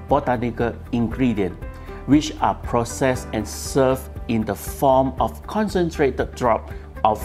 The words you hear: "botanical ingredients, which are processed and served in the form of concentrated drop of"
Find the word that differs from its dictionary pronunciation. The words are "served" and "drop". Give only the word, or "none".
served